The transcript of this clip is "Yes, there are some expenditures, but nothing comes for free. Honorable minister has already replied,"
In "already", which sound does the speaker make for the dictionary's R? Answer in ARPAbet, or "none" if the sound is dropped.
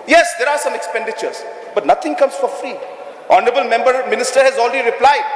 L